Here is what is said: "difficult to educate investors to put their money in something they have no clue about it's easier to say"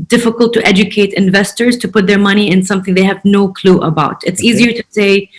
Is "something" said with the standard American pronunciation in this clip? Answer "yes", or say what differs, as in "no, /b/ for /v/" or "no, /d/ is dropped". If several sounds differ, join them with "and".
yes